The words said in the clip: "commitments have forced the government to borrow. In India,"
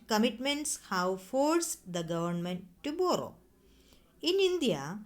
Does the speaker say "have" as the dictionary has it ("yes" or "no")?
no